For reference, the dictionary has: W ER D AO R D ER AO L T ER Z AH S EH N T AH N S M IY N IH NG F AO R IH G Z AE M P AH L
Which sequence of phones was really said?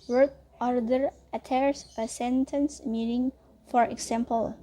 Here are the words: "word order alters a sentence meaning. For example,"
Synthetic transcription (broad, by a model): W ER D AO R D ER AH T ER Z AH S EH N T AH N S M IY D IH NG F AO R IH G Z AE M P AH L